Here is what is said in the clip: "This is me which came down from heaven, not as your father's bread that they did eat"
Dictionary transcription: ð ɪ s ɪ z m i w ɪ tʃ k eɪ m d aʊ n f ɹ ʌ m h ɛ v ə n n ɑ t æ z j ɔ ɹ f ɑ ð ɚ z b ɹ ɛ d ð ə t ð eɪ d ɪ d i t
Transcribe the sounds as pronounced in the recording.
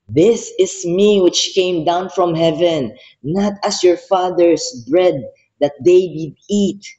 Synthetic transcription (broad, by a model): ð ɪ s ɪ s m i w ɪ tʃ k eɪ m d aʊ n f ɹ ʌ m h ɛ v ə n n ɑ t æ s j ɔ ɹ f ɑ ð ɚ s b ɹ ɛ d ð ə t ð eɪ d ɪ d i t